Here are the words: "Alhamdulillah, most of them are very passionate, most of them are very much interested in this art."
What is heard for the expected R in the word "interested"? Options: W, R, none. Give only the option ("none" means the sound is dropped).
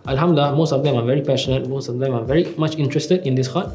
R